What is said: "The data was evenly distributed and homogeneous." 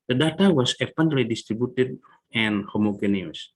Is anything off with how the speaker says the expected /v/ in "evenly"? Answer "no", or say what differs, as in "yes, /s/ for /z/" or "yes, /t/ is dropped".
yes, /p/ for /v/